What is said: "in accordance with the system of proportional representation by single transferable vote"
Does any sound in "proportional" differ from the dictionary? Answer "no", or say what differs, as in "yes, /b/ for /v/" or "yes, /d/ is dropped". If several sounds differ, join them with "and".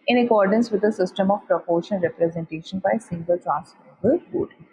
yes, /n/ is dropped and /n/ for /l/